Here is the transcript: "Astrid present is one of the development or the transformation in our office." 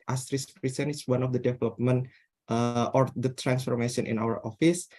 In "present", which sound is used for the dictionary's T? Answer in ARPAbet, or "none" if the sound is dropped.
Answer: none